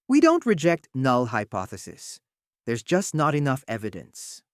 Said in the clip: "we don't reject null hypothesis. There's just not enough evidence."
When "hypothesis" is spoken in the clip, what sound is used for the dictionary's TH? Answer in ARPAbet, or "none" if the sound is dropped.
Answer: TH